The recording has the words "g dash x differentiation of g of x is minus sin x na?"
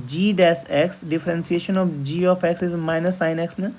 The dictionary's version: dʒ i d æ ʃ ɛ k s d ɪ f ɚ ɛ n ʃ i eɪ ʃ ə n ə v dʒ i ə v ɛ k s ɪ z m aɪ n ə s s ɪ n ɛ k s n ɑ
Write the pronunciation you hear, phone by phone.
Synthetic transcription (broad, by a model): dʒ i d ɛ s ɛ k s d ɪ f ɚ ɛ n s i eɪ ʃ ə n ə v dʒ i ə f ɛ k s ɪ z m aɪ n ə s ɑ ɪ n ɛ k s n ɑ